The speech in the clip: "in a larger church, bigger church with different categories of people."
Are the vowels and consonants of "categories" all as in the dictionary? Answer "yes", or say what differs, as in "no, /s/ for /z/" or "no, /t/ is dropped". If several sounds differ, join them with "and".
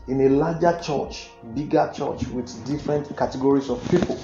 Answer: no, /s/ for /z/